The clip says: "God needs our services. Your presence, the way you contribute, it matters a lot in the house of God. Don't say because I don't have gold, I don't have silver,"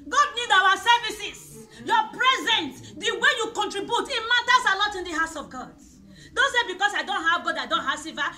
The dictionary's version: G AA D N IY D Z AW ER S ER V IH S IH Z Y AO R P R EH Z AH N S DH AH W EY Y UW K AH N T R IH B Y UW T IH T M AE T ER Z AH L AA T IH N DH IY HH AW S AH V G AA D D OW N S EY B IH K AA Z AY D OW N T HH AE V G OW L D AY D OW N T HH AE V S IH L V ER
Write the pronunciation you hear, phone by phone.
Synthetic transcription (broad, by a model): G AA D N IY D AW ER S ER V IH S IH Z Y AO P R EH Z AH N S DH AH W EY Y UW K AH N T R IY B Y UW T IH T M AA T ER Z AH L AA T IH N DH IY HH AW S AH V G AA D D OW N S EY B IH K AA S AY D OW N T HH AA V G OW D AY D OW N T HH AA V S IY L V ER